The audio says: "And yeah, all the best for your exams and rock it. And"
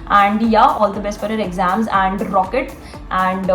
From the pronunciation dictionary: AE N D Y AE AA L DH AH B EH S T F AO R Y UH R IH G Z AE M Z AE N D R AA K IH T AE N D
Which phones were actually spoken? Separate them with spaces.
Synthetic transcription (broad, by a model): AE N D Y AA AA L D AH B EH S T F AO R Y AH R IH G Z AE M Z AE N D R AA K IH T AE N D